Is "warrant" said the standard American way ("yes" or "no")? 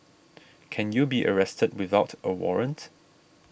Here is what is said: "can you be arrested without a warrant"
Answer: yes